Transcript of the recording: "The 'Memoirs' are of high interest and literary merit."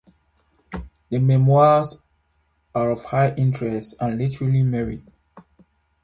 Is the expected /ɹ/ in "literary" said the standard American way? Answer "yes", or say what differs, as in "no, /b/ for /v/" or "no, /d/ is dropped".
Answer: no, /l/ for /ɹ/